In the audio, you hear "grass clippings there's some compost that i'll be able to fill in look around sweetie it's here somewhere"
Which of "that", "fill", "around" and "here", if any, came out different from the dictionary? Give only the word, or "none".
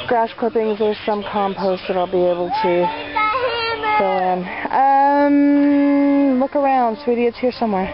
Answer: fill